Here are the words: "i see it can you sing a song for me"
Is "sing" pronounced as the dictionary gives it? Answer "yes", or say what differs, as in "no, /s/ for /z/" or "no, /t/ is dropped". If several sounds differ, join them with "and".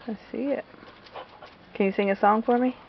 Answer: yes